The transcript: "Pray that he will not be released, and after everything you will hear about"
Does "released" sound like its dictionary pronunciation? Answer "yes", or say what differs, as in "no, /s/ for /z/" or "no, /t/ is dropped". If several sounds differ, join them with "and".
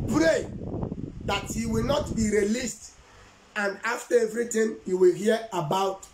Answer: yes